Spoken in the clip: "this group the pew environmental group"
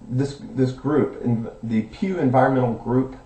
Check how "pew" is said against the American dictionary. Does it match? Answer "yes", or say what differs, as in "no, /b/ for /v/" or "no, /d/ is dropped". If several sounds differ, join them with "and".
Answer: yes